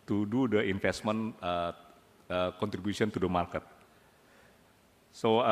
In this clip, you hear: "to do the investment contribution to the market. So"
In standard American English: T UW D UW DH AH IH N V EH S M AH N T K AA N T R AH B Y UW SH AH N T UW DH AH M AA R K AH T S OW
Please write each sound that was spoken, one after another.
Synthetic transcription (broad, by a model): T UW D UW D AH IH N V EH S M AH N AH K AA N T R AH B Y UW S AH N T UW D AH M AA R K AH T S OW